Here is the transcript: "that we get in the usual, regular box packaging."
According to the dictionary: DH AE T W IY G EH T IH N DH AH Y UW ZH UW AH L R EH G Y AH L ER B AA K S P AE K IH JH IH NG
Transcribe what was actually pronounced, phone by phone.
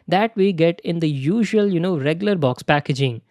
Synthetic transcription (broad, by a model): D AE T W IY G EH T IH N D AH Y UW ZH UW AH N R EH G Y AH L ER B AA K S P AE K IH JH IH NG